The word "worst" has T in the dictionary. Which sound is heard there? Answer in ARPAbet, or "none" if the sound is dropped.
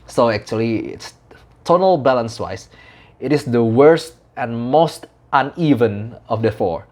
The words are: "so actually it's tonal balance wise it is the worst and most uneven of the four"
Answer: T